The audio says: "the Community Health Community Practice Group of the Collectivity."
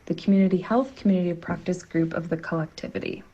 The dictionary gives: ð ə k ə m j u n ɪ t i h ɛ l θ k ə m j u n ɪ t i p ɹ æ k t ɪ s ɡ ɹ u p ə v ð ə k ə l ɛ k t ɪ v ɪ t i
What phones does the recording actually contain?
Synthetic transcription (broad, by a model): ð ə k m j u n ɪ t i h ɛ l θ k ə m j u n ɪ t i p ɹ æ k t ɪ s ɡ ɹ u p ə v ð ə k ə l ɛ k t ɪ v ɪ t i